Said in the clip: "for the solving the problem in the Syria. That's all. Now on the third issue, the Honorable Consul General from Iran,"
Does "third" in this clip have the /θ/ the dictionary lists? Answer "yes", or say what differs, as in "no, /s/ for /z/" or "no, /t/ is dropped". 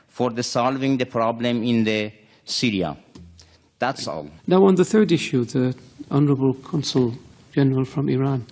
yes